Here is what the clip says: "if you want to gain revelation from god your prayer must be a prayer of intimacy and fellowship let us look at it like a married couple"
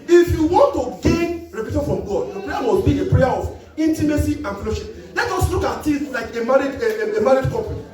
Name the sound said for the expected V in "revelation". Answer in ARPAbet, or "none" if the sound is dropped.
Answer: P